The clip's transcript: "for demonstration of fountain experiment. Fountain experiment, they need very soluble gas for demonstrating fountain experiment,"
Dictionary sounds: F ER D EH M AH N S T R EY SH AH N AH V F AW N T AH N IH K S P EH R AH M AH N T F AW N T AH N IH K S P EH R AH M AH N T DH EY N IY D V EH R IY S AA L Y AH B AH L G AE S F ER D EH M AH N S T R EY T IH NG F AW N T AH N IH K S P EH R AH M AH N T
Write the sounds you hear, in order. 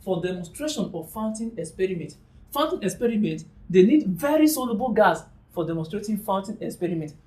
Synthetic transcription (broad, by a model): F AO D EH M AH N S T R EY SH AH N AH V F AW N T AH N IH K S P EH R AH M AH N T F AW N T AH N IH K S P EH R AH M AH N T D EY N IY D V EH R IY S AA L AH B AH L G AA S F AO D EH M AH S T R EY T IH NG F AW N T AH N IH K S P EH R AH M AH N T